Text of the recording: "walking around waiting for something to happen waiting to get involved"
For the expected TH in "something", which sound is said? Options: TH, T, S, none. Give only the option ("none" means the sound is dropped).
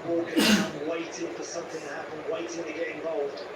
TH